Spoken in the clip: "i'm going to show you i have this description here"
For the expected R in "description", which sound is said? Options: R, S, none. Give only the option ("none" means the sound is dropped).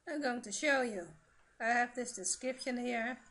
none